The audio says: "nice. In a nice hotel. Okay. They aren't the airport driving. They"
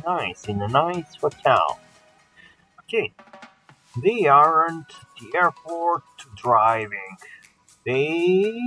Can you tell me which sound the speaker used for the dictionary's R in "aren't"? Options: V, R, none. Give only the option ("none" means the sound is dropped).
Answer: R